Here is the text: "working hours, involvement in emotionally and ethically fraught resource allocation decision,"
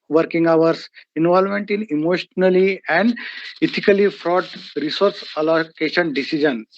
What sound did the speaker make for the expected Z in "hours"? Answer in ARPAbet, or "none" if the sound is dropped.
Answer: S